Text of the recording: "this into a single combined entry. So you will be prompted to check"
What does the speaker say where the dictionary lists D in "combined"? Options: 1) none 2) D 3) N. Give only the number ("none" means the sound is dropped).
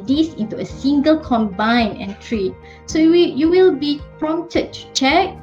1